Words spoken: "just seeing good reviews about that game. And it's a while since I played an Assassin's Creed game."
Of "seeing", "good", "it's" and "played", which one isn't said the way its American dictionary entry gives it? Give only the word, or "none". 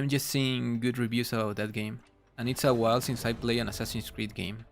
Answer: played